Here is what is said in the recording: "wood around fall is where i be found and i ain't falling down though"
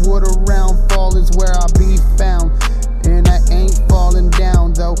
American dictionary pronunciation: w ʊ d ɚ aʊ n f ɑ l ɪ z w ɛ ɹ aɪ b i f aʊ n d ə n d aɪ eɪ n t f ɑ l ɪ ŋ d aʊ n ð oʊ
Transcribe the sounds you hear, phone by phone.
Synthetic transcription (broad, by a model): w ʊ d ɚ aʊ n f ɑ l ɪ z w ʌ ɹ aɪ b i f aʊ n d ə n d aɪ eɪ n t f ɑ l ɪ ŋ d aʊ n ð oʊ